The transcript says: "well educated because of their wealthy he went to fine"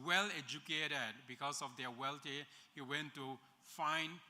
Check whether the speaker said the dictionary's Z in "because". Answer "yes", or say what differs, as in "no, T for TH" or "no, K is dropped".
no, S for Z